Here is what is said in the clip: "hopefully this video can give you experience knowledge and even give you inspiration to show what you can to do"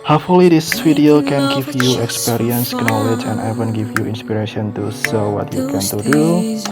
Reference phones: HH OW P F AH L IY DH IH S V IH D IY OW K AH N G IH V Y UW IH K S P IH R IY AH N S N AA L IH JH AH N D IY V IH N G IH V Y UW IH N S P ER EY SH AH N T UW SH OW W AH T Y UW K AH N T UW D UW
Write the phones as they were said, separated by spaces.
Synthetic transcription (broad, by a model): HH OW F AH L IY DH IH S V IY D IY OW K AH N G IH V Y UW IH K S P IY R IY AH N S N AA L IH JH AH N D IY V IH N G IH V Y UW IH N S P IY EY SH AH N T UW S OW W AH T Y UW K AH N T UW D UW